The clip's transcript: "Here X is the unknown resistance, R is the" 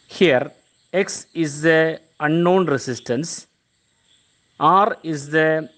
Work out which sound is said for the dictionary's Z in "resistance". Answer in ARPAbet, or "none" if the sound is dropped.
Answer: S